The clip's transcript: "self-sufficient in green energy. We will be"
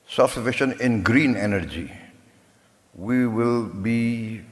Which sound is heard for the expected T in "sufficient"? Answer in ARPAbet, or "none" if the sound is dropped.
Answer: none